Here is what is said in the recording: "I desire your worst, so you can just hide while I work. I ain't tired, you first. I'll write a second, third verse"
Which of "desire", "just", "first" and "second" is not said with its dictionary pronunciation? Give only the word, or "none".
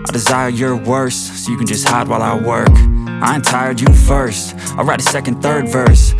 none